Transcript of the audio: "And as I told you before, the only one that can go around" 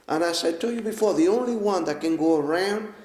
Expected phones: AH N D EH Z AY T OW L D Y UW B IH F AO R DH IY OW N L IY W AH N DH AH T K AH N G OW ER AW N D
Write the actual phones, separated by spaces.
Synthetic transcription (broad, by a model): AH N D AY S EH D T Y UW B IH F AO R DH IY OW N L IY W AH N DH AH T K AH N G OW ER AW N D